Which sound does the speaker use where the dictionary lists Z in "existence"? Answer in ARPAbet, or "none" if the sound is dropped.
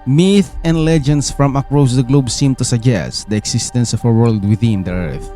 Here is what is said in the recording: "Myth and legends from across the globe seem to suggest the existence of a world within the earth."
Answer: S